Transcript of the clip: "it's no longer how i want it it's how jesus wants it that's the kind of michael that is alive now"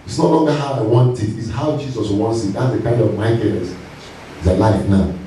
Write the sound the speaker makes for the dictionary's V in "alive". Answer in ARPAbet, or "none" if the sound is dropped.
F